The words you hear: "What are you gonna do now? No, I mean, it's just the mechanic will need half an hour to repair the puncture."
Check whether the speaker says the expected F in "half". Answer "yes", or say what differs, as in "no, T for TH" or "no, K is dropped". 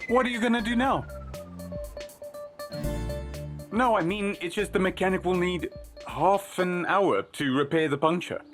yes